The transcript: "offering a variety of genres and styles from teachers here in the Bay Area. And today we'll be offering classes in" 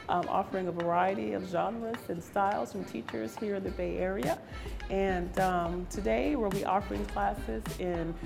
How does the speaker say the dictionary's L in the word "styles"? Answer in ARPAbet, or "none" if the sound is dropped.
L